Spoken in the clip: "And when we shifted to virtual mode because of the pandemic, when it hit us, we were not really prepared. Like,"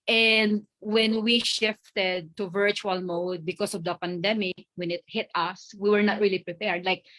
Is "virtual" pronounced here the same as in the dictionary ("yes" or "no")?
yes